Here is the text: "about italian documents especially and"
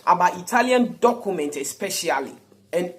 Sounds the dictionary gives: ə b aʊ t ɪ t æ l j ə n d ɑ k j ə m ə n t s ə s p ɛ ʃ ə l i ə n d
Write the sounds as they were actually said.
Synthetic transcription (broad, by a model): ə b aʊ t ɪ t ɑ l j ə n d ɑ k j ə m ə n t ə s p ɛ ʃ ə l i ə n